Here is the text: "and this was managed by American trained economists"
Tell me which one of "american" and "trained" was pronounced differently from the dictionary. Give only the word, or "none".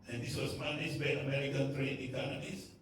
trained